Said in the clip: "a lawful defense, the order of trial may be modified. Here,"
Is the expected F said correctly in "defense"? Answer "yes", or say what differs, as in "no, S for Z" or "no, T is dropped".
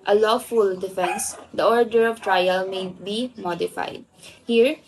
yes